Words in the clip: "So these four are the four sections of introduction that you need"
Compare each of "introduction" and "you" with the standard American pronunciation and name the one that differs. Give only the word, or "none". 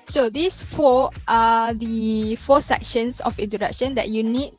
introduction